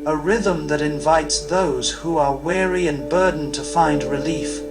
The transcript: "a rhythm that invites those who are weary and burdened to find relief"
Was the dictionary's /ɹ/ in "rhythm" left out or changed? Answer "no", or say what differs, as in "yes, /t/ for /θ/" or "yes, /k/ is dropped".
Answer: no